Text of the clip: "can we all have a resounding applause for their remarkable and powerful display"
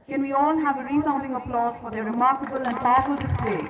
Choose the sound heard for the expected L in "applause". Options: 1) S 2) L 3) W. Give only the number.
2